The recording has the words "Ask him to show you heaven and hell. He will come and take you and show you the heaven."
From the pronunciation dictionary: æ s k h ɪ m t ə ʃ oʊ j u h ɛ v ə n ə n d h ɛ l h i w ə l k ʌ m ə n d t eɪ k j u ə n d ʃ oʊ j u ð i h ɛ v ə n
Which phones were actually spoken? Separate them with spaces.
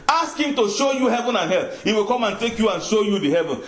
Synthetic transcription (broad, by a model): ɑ s k h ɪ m t ə ʃ oʊ j u h ɛ v ə n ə n h ɛ l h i w ə l k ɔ m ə n t eɪ k j u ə n ʃ oʊ j u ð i h ɛ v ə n